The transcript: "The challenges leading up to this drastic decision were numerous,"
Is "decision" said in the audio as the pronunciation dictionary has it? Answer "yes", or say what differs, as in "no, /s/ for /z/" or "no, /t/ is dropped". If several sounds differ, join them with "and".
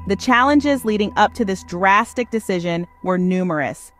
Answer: yes